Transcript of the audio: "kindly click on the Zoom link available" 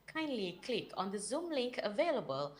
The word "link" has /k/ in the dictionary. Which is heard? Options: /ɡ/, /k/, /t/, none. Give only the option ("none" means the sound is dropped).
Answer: /k/